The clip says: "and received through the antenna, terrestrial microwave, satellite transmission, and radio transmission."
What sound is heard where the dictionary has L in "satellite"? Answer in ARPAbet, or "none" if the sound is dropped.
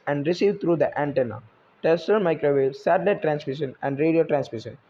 none